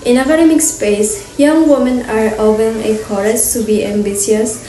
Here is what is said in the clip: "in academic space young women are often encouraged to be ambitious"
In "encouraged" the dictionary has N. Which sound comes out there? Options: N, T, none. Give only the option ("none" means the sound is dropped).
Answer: none